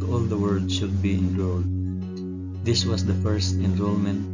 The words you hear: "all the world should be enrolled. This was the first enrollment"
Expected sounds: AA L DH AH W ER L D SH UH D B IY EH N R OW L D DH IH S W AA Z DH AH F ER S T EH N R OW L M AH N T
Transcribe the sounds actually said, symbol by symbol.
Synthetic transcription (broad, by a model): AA L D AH W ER D SH UH D B IY EH N R OW L D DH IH S W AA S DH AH F ER S T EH N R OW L M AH N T